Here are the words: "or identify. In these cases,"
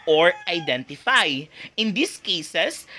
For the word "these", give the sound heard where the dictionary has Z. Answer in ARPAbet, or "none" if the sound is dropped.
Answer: S